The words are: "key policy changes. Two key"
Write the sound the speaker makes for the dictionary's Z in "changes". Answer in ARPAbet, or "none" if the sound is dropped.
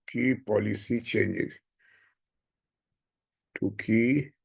none